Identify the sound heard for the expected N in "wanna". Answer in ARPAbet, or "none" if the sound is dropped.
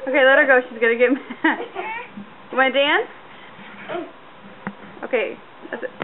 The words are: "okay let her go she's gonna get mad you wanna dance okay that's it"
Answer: none